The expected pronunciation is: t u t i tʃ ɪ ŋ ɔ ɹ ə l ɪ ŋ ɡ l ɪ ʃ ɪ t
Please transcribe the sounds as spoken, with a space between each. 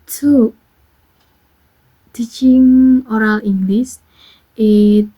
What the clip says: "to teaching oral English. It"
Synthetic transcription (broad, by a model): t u t i tʃ ɪ ŋ ɔ ɹ ə l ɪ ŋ ɡ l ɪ s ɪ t